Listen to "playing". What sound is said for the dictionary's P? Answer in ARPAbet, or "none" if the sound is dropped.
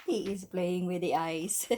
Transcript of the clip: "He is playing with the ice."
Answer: B